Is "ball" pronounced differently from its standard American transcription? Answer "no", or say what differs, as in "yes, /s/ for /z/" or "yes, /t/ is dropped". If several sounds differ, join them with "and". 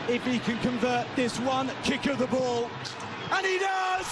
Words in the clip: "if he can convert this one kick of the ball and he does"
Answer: no